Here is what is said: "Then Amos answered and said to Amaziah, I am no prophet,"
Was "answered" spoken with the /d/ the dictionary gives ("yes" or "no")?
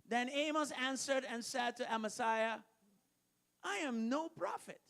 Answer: yes